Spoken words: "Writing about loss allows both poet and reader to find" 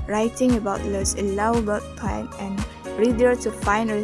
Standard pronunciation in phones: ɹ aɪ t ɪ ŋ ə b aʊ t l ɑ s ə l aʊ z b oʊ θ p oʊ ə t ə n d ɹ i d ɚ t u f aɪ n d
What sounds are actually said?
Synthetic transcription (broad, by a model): ɹ aɪ t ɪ ŋ ə b aʊ t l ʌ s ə l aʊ b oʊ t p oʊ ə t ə n ɹ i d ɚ t u f aɪ n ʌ